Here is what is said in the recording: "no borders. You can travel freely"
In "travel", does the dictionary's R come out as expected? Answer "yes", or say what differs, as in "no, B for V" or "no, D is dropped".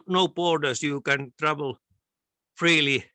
yes